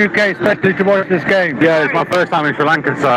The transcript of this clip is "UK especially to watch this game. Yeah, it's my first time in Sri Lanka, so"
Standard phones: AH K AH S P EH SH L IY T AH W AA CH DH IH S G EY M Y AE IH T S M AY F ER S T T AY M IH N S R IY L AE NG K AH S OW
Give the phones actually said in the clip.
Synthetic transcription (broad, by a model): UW K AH S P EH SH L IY T AH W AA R DH IH S G EY M Y AE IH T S M AY F ER S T T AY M IH N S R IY L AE NG K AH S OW